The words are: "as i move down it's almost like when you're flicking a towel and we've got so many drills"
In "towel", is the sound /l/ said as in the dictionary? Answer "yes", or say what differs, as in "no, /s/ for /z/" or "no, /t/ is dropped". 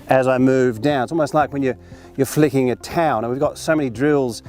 no, /n/ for /l/